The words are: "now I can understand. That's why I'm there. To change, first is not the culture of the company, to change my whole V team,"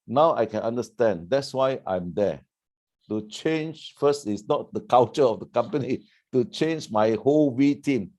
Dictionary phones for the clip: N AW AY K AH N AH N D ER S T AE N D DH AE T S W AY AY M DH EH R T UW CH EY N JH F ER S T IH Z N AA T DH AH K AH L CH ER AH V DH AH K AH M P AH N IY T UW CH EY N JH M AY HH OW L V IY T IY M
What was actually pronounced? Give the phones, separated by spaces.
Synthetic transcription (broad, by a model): N AW AY K AH N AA N D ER S T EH N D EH T S W AY AY M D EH T UW CH EY N JH F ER S T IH S N AA T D AH K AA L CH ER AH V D AH K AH M P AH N IY T UW CH EY N JH M AY HH OW L W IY T IY M